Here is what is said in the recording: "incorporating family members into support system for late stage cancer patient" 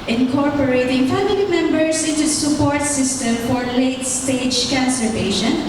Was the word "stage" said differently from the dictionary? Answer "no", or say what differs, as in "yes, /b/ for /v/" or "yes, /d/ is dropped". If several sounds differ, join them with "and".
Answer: no